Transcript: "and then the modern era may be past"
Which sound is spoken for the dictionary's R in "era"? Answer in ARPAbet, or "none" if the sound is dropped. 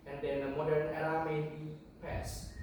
L